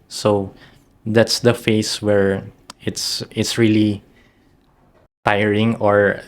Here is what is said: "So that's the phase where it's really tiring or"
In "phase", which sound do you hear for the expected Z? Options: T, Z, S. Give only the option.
S